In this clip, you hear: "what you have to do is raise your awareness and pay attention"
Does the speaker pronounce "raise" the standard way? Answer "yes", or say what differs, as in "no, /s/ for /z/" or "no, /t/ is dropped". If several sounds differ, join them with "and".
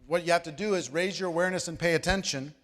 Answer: yes